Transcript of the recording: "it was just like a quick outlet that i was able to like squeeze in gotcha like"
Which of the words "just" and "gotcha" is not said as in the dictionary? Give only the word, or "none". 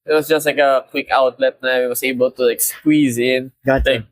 gotcha